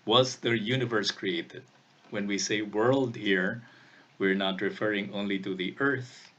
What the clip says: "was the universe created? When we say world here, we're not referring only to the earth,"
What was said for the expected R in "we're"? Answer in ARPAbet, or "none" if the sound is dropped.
R